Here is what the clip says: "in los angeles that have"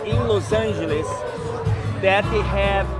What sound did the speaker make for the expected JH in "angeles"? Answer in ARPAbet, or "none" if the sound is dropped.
ZH